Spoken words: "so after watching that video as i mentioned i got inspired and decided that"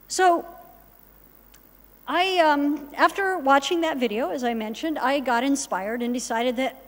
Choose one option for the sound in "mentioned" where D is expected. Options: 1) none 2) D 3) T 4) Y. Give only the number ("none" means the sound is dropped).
2